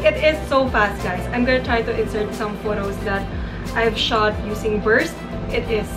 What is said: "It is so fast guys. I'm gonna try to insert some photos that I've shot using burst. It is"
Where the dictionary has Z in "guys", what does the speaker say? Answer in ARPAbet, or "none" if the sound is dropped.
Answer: S